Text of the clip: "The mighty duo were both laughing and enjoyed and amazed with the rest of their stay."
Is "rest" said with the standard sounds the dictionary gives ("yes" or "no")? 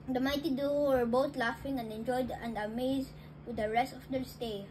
yes